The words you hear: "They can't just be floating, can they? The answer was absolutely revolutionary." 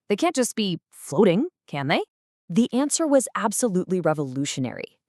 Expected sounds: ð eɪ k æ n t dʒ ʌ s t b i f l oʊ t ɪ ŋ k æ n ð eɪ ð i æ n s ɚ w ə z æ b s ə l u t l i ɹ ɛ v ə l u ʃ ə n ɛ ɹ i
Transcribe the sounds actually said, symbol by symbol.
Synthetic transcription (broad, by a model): ð eɪ k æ n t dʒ ʌ s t b i f l oʊ t ɪ ŋ k æ n ð eɪ ð i æ n s ɚ w ə z æ b s ə l u t l i ɹ ɛ v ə l u ʃ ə n ɛ ɹ i